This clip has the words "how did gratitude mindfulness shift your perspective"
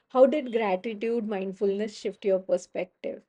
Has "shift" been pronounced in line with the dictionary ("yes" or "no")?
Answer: yes